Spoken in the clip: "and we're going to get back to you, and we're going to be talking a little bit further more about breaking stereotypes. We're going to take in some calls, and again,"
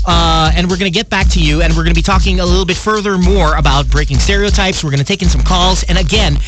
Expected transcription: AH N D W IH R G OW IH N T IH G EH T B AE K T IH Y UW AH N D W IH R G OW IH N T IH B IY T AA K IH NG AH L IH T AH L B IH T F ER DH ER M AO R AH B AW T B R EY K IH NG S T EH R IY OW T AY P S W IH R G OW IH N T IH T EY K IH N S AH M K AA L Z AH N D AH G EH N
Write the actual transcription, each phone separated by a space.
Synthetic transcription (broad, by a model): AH N W IH R G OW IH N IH G EH T B AE K T IH Y UW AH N W IH R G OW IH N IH B IY T AA K IH NG AH L IH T L B IH T F ER DH ER M AO R AH B AW T B R EY K IH NG S T EH R IY OW T AY P S W IH R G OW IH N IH T EY K IH N S AH M K AA L Z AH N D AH G EH N